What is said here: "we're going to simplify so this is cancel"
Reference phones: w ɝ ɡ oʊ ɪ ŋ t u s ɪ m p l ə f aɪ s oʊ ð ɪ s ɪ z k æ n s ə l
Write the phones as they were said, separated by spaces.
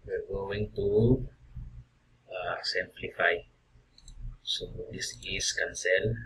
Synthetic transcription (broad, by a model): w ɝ ɡ oʊ ɪ ŋ t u s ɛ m p l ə f aɪ s oʊ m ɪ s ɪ s k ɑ n s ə l